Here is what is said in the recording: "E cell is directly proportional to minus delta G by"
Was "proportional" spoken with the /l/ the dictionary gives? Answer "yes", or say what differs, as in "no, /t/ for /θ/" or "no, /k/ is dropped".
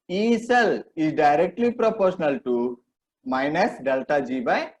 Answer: yes